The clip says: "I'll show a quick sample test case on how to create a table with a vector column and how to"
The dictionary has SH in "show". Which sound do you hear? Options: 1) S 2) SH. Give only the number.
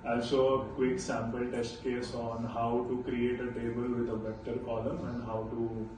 1